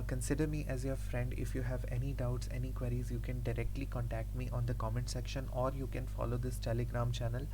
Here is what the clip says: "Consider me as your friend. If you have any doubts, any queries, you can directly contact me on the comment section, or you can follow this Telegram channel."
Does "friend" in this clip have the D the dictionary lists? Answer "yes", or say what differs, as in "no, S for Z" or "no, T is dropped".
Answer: yes